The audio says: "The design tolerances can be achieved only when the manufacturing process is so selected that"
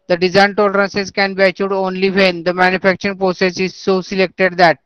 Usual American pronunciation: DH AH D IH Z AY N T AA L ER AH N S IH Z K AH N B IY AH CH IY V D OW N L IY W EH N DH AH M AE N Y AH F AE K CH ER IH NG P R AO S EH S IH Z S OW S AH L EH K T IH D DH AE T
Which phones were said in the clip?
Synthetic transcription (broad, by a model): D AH D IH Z AY N T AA L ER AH N S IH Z K AH N B IY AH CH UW D OW N L IY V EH N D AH M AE N Y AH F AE K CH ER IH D P R AO S EH S IH Z S OW S AH L EH K T IH D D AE T